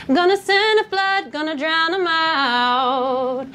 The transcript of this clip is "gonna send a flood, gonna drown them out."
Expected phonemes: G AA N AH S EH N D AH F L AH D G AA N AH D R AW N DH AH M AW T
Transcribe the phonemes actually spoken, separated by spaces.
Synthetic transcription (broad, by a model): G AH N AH S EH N AH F L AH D G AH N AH D R AW N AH M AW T